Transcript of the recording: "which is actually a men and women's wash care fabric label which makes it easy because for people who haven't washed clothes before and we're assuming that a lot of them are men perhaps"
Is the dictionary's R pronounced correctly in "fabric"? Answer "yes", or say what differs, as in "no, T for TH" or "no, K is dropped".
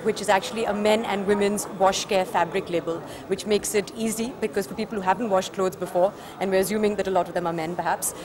yes